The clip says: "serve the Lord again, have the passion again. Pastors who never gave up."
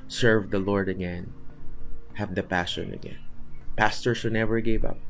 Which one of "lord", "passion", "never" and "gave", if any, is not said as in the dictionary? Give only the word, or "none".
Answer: none